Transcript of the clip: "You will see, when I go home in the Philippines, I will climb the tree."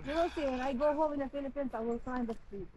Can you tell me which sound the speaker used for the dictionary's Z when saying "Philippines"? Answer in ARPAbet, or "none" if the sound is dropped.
S